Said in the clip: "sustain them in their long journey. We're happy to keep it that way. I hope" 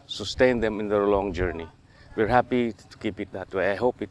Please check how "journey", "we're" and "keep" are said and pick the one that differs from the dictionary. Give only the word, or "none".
none